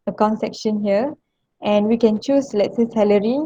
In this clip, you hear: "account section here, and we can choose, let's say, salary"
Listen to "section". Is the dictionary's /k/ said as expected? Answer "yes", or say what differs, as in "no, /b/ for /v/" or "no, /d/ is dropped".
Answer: yes